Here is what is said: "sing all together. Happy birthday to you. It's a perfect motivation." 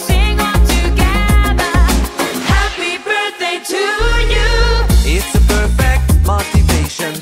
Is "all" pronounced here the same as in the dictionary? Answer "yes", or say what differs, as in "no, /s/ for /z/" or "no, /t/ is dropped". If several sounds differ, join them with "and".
no, /n/ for /l/